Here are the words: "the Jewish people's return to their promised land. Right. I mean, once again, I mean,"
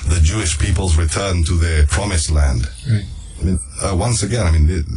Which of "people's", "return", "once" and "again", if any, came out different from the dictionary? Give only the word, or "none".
none